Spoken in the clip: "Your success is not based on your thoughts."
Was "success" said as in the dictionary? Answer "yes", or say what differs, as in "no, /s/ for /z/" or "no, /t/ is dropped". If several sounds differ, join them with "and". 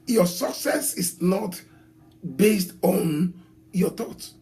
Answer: yes